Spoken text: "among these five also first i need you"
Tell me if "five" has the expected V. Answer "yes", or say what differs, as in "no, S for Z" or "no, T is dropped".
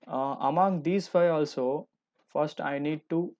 no, V is dropped